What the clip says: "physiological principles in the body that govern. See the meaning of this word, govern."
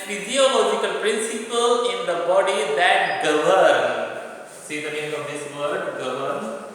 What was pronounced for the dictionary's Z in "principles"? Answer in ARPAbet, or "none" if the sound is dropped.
none